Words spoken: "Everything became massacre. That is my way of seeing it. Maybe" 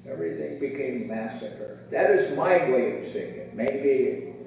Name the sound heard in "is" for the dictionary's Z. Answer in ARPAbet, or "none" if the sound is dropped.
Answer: Z